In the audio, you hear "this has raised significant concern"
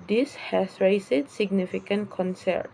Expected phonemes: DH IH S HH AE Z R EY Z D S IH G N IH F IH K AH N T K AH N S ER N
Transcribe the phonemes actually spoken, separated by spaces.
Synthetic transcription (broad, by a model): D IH S HH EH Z R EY S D S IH G N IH F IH K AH N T K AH N S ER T